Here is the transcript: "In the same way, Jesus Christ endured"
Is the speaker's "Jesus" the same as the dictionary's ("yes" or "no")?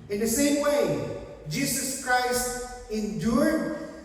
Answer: no